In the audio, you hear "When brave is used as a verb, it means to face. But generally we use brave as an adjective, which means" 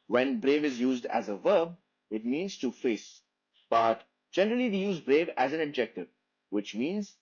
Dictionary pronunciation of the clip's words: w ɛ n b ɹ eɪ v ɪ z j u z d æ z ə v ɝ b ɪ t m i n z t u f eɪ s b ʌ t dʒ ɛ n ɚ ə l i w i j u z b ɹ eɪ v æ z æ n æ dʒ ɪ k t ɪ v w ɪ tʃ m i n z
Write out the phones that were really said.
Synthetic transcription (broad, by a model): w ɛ n b ɹ eɪ v ɪ z j u z d æ z ə v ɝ b ɪ t m i n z t u f eɪ s b ʌ t dʒ ɛ n ɚ ə l i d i j u z b ɹ eɪ v æ z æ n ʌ dʒ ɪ k t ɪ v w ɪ tʃ m i n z